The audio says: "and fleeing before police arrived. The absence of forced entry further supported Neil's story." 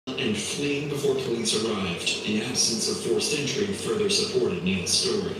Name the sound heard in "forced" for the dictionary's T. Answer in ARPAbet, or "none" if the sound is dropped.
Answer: none